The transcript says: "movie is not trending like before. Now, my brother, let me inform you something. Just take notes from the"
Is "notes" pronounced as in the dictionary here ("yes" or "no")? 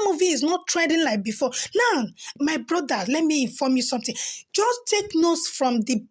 yes